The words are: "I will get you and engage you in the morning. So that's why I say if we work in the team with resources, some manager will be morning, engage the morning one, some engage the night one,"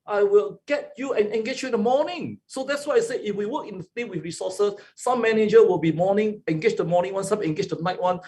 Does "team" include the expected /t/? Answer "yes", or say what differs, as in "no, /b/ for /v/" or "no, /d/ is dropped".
no, /s/ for /t/